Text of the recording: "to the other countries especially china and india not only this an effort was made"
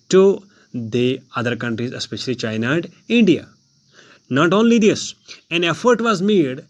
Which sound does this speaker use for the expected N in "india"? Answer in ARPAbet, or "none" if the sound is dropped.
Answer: N